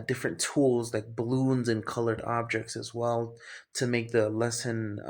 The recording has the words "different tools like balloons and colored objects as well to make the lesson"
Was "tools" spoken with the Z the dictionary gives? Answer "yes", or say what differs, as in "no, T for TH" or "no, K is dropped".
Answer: yes